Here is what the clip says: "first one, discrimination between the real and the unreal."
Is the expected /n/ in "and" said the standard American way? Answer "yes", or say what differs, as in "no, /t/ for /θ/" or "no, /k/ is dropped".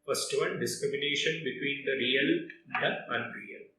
no, /l/ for /n/